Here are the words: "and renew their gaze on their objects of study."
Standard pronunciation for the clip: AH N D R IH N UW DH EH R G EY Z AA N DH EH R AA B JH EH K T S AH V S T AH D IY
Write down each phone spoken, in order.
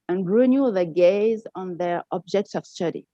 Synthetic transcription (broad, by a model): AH N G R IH N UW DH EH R G EY Z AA N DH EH R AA B JH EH K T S AH V S T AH D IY